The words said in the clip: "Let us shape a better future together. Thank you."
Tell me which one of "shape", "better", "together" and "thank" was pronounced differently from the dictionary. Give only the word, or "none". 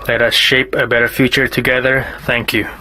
none